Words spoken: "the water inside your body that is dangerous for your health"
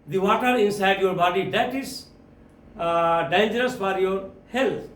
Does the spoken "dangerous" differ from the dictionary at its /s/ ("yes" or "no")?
no